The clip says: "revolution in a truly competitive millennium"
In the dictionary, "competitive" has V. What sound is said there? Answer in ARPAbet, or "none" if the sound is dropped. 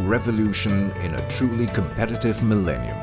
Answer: V